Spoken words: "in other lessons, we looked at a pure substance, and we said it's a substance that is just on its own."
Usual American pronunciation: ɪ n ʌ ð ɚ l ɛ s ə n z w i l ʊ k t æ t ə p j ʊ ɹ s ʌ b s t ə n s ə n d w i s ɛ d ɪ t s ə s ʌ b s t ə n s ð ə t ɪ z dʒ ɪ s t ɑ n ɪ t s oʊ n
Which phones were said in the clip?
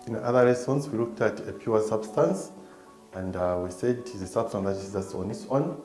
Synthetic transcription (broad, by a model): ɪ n ʌ ð ɚ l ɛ s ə n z w i l ʊ k t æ t ə p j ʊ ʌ s ʌ b s t ə n s ə n d w i s ɛ d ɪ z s ə s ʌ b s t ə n ð ə t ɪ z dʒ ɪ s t ɑ n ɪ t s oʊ n